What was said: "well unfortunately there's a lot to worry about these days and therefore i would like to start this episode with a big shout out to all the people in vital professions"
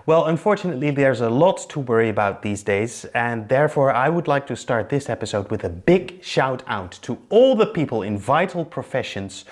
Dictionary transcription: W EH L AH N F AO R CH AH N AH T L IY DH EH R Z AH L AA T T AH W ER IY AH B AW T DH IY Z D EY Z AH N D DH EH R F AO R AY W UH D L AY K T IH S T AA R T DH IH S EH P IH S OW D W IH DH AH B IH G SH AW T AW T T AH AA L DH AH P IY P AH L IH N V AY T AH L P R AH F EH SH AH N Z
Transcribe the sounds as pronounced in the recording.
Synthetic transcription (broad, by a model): W EH L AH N F AO R CH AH N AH T L IY DH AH R Z AH L AA T T AH W ER IY AH B AW T DH IY Z D EY Z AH N DH EH R F AO R AY W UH D L AY K T IH S T AA R T DH IH S EH P IH S OW D W IH DH AH B IH G SH AW T AW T T AH AA L DH AH P IY P AH L IH N V AY T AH L P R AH F EH SH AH N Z